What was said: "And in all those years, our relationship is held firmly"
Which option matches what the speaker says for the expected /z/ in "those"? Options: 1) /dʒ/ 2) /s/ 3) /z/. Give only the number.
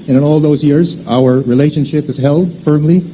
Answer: 3